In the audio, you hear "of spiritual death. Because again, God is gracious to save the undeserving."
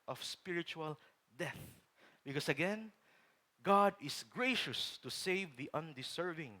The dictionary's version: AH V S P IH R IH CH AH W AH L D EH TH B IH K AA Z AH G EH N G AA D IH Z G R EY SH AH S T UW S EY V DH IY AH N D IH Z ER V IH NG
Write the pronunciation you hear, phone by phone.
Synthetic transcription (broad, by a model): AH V S P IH R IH CH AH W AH L D EH TH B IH K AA S AH G EH N G AA D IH S G R EY SH AH S T UW S EY V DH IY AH N D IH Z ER V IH NG